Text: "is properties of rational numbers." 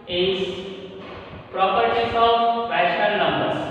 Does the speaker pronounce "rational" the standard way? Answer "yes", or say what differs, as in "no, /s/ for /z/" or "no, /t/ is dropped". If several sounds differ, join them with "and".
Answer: no, /n/ is dropped